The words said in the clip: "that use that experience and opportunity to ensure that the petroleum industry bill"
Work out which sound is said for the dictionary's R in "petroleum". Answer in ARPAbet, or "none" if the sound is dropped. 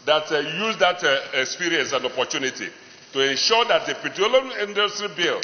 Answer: none